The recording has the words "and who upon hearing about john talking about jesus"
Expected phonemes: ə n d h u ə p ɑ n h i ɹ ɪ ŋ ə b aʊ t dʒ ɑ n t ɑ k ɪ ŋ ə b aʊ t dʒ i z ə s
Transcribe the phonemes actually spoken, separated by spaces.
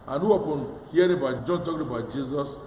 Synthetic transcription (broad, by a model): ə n h u ə p ɑ n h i ɪ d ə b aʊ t dʒ ɑ n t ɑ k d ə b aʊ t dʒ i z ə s